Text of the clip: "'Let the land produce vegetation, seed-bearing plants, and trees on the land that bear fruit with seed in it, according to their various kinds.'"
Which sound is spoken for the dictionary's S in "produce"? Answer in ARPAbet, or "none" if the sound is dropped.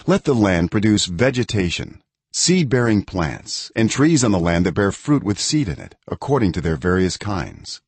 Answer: S